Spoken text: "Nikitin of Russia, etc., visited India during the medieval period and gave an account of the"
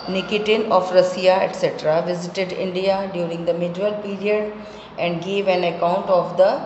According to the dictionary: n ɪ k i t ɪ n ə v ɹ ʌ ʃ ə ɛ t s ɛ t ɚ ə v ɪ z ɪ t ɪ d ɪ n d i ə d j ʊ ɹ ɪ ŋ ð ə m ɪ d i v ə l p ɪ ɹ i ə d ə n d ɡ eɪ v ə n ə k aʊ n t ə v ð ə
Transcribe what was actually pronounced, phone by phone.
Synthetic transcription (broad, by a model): n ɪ k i t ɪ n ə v ɹ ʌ s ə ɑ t s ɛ t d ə v ɪ z ɪ t ɪ d ɪ n d i ə d j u ɹ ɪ ŋ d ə m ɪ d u ə l p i ɹ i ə d ə n d ɡ eɪ v ə n ə k aʊ n t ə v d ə